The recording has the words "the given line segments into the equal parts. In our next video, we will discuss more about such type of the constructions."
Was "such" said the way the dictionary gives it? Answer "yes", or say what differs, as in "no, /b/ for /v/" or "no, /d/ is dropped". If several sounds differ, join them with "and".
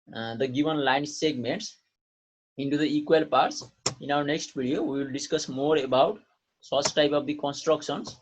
no, /s/ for /tʃ/